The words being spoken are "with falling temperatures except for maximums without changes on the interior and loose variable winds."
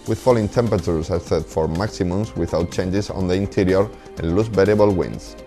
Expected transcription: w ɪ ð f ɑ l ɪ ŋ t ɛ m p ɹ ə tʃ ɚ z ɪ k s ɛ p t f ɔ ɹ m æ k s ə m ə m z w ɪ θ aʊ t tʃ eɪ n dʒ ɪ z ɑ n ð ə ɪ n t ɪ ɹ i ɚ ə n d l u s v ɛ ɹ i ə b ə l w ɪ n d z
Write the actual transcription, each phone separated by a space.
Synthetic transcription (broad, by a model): w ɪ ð f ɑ l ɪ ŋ t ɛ m p ɹ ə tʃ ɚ s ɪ s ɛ t f ɔ ɹ m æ k s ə m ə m s w ɪ θ aʊ t tʃ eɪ n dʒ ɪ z ɑ n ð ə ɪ n t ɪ ɹ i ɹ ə n l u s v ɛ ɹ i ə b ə l w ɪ n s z